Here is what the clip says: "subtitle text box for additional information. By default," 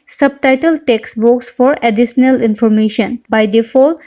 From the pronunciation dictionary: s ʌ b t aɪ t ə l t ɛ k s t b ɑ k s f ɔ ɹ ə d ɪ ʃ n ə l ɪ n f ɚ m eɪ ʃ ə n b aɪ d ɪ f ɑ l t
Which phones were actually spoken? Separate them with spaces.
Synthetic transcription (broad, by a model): s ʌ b t aɪ t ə l t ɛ k s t b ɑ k s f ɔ ɹ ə d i s n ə l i n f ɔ m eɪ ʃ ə n b aɪ d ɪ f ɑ l